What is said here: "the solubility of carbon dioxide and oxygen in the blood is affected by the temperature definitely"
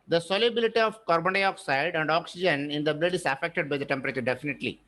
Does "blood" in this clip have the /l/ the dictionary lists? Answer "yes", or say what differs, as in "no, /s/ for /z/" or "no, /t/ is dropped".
yes